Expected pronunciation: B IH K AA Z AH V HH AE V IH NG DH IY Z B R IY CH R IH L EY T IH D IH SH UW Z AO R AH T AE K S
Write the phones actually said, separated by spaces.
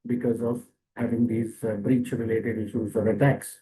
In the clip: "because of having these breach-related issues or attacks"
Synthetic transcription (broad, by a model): B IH K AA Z AH V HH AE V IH NG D IY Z B R IY CH R IH L EY T IH D IH SH UW Z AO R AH T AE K S